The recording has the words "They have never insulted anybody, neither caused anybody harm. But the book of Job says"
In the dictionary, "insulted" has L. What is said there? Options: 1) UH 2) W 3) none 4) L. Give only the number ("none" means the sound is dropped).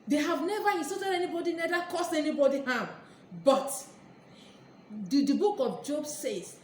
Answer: 3